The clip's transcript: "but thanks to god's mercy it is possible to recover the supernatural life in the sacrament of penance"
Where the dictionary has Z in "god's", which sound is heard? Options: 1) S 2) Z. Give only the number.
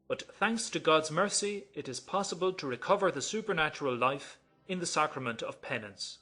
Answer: 2